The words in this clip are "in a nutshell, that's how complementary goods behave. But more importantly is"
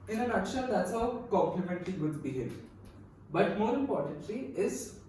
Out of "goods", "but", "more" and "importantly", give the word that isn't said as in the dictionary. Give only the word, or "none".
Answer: goods